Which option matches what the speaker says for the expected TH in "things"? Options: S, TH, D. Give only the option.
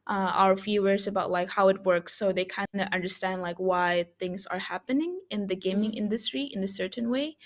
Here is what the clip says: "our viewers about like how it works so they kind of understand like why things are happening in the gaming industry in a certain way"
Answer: TH